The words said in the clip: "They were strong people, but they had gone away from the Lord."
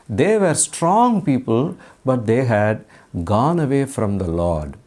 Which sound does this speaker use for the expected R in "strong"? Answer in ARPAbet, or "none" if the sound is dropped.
R